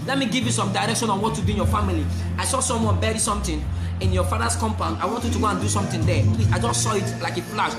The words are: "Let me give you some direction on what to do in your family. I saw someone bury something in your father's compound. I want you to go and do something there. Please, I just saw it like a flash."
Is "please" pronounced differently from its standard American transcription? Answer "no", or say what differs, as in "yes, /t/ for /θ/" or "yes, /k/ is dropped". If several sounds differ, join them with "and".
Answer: yes, /z/ is dropped